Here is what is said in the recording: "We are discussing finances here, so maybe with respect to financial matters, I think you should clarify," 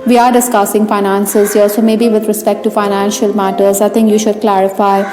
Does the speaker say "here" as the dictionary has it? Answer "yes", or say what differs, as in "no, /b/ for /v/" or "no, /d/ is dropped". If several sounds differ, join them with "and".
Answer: no, /l/ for /ɹ/